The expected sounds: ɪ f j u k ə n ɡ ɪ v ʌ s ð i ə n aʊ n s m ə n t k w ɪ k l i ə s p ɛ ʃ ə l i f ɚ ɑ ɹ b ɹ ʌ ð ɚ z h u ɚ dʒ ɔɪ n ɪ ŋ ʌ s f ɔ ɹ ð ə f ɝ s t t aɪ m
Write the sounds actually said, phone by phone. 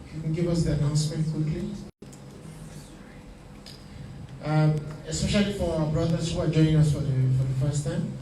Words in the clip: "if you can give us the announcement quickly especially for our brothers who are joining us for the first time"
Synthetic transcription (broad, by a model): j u k ə n ɡ ɪ v ʌ s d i ə n aʊ n s m ə n t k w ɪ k l i ə s p ɛ ʃ ə l i f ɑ b ɹ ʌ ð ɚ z h u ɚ dʒ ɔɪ ɪ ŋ ʌ s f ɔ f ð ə f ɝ s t t aɪ m